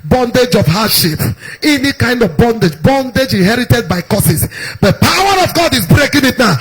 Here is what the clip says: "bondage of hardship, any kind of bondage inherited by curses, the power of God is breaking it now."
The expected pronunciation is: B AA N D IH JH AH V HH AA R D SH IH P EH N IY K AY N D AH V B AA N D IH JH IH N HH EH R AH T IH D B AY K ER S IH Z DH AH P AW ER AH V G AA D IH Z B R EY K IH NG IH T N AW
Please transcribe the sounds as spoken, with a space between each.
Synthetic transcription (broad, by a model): B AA N D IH JH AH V HH AA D SH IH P EH N IY K AY N D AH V B AA N D IH JH IH N HH EH R AH T IH D B AY K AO S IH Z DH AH P AW ER AH V G AA D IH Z B R EY K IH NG IH T N AW